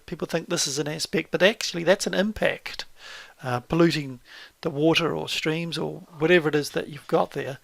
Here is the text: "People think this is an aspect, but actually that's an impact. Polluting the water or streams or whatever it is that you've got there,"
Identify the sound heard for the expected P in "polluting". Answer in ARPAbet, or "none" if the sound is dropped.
P